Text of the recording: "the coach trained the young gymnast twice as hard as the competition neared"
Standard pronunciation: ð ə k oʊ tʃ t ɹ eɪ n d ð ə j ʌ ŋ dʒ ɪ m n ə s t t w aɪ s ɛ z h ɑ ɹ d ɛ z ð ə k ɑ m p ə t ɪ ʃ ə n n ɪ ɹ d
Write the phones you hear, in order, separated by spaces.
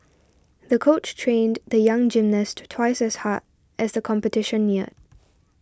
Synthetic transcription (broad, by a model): ð ə k oʊ tʃ t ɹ eɪ n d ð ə j ʌ ŋ dʒ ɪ m n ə s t t w aɪ s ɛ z h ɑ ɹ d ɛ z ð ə k ɑ m p ə t ɪ ʃ ə n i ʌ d